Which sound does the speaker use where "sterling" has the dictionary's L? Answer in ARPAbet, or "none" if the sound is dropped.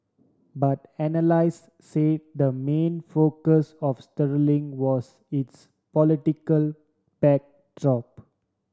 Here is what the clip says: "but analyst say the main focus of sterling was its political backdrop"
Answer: L